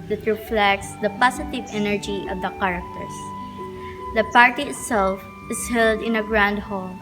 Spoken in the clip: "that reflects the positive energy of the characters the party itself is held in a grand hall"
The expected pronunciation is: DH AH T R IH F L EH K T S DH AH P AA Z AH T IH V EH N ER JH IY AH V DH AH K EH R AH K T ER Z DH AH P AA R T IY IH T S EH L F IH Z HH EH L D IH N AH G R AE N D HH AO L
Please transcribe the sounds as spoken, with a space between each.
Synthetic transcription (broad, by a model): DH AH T R IH F L EH K T S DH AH P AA S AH T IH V EH N ER JH IY AH V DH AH K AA R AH K T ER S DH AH P AA R T IY IH T S EH L F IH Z HH EH L D IH N AH G R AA N D HH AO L